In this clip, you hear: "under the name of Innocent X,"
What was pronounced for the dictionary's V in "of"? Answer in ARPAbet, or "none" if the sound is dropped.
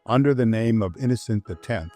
V